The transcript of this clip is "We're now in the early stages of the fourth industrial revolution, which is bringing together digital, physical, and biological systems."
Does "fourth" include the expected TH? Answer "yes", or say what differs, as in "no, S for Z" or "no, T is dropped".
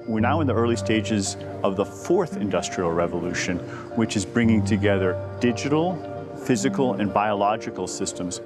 yes